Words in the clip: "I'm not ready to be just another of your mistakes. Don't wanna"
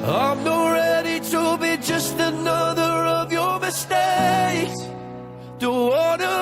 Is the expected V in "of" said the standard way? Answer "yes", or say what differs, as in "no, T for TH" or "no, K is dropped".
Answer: yes